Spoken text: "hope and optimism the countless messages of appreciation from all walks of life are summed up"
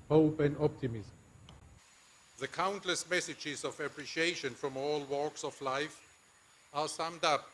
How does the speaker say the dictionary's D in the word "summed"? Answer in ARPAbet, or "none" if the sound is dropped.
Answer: D